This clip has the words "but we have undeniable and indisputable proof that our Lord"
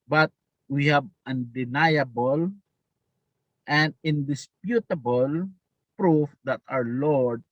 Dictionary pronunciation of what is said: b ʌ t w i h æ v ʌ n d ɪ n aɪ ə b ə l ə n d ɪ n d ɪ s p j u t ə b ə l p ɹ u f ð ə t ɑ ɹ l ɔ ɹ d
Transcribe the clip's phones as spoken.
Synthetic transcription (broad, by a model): b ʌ t w i h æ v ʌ n d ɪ n aɪ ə b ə l ə n d ɪ n d ɪ s p j u t ə b ə l p ɹ u f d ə t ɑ w l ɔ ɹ d